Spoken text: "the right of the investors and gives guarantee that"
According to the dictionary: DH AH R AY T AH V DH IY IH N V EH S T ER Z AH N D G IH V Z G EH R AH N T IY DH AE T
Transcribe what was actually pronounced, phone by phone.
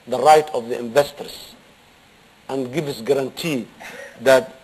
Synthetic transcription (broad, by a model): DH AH R AY T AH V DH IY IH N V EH S T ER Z AH N D G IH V S G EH R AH N T IY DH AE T